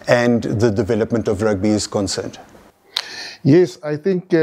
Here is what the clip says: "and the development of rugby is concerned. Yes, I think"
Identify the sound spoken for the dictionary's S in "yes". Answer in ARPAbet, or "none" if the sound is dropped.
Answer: S